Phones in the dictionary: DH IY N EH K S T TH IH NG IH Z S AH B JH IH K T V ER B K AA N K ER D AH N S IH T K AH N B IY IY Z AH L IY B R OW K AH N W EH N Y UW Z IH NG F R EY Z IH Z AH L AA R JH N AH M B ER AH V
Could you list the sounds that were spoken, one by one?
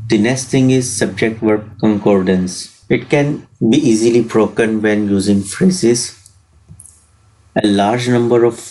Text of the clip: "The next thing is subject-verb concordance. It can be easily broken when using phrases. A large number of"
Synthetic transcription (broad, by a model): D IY N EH S T T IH NG IH Z S AH B JH IH K T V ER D K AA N K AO D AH N S IH T K AH N B IY IY Z AH L IY B R OW K AH N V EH N Y UW Z IH NG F R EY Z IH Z AH L AA R JH N AH M B ER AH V